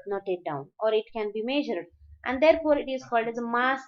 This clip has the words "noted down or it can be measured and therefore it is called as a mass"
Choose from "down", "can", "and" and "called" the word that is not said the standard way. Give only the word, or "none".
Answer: none